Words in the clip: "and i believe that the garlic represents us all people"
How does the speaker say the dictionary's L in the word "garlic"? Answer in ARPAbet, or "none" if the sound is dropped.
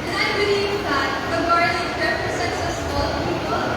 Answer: none